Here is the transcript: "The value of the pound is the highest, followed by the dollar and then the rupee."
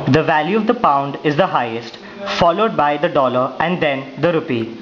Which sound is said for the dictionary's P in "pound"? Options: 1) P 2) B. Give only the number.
1